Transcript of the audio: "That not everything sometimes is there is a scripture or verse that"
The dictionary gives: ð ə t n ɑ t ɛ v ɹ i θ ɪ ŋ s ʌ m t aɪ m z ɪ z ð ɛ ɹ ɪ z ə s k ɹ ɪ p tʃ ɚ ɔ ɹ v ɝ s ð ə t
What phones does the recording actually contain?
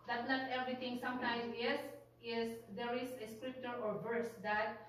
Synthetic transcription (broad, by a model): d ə t n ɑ t ɛ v ɹ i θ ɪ ŋ s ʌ m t aɪ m s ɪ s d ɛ ɹ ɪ s ə s k ɹ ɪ p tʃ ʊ ɔ ɹ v ɝ s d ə t